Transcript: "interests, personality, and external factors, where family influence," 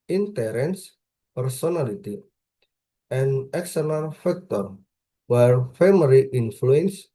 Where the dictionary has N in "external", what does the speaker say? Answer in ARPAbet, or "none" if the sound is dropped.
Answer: L